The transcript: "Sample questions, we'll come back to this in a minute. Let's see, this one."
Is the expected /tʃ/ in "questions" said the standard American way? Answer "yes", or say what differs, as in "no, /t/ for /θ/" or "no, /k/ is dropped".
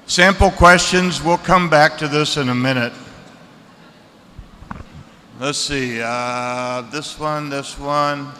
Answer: yes